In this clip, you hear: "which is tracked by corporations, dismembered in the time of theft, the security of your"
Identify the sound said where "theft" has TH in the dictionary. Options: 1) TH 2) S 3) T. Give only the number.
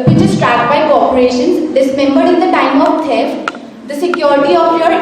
3